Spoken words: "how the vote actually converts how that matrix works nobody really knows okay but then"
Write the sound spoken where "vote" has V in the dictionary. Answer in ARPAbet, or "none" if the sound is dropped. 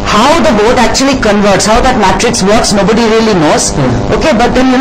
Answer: B